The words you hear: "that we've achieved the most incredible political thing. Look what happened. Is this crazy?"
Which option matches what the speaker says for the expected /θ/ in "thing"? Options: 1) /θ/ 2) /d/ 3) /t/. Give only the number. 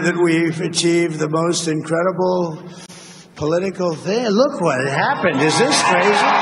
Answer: 1